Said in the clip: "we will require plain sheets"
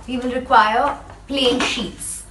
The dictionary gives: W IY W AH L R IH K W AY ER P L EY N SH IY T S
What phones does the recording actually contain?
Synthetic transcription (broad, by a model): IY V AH N R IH K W AY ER P L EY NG SH IY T S